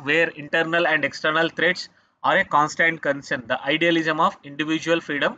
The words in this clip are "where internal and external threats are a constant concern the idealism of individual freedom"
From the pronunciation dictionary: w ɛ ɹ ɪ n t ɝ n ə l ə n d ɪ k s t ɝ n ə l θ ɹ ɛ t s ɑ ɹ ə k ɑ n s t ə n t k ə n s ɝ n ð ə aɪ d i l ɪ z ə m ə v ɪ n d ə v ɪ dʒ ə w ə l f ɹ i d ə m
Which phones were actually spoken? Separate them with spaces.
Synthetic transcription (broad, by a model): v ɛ ɹ ɪ n t ɝ n ə l ə n d ɪ k s t ɝ n ə l t ɹ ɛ t s ɑ ɹ ə k ɑ n s t ə n t k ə n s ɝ n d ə aɪ d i l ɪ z ə m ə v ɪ n d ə v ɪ dʒ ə ə l f ɹ i d ə m